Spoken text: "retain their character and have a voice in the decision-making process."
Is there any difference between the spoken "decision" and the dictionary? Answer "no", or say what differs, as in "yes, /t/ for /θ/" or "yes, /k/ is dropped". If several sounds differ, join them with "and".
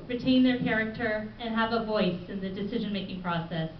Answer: no